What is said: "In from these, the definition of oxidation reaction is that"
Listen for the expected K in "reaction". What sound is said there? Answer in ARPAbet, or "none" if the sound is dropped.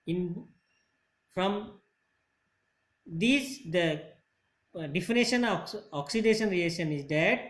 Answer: none